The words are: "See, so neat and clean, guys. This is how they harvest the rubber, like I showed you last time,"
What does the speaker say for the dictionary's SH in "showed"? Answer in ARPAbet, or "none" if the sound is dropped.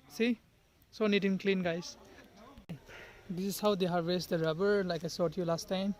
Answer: S